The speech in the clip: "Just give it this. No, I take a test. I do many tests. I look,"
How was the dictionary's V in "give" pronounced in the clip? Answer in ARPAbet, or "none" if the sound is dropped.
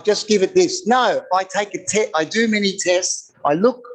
V